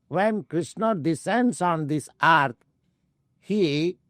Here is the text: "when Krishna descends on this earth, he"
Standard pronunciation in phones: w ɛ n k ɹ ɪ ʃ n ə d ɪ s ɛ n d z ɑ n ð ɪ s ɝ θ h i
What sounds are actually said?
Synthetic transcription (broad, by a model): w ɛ n k ɹ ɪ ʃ n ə d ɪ s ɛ n d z ɑ n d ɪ s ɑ t h i